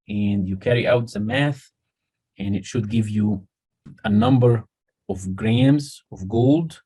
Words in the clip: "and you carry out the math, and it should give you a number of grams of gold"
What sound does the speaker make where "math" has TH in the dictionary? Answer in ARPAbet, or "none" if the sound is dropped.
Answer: TH